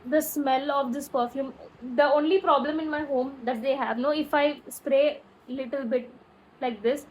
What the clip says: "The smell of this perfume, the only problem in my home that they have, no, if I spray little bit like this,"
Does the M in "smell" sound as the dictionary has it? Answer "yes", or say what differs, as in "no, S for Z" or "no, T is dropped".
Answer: yes